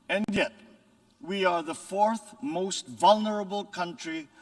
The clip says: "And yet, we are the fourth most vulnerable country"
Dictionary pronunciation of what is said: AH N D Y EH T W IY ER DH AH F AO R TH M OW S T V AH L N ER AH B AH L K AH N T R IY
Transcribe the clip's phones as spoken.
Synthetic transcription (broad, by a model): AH N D Y EH T W IY ER DH AH F AO R TH M OW S T V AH L N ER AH B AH L K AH N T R IY